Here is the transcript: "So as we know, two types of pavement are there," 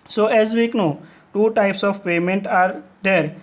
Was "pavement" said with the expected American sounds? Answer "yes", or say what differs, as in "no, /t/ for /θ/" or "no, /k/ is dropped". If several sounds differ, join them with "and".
no, /v/ is dropped